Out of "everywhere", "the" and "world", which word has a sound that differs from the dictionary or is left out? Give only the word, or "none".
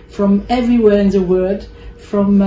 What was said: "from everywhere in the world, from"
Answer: world